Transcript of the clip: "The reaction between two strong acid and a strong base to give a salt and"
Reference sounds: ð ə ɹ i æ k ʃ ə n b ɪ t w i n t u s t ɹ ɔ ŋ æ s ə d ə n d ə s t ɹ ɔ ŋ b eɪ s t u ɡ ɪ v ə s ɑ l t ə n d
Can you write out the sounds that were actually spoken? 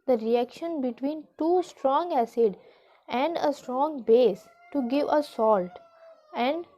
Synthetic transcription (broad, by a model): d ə ɹ i æ k ʃ ə n b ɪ t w i n t u s t ɹ ɔ ŋ æ s ə d ə n d ə s t ɹ ɔ ŋ b eɪ s t u ɡ ɪ v ə s ɑ l t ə n d